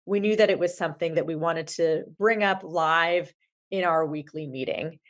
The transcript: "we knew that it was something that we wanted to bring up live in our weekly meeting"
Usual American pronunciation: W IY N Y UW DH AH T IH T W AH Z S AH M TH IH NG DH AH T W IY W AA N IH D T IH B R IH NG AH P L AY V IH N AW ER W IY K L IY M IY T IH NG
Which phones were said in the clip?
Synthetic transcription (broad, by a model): W IY N Y UW DH AH T IH T W AH Z S AH M TH IH NG DH AH T W IY W AA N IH D T IH B R IH NG AH P L AY V IH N AW ER W IY K L IY M IY T IH NG